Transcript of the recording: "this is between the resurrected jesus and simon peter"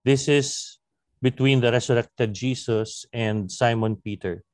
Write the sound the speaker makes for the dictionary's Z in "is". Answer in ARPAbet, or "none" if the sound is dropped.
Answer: S